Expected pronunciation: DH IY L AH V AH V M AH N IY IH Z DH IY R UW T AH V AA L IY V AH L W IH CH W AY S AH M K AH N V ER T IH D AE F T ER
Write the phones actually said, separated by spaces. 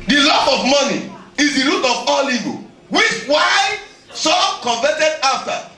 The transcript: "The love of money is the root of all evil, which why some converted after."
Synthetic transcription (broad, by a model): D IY L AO P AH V M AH N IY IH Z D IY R UW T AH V AA L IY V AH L W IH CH W AY S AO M K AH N V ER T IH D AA F T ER